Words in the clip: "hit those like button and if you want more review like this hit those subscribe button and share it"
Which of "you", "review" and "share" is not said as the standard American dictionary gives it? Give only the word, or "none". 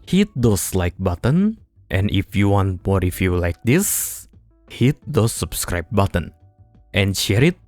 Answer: review